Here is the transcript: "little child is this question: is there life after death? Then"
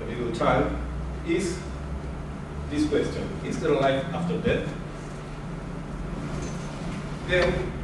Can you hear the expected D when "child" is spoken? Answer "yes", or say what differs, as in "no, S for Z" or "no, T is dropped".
no, D is dropped